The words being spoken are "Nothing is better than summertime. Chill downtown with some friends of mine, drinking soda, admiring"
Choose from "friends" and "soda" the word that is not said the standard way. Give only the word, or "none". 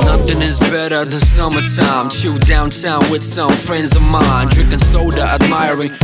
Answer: none